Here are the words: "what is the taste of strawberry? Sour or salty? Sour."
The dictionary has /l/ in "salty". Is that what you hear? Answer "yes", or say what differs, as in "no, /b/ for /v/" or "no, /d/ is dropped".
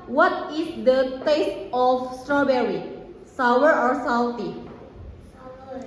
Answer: no, /w/ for /l/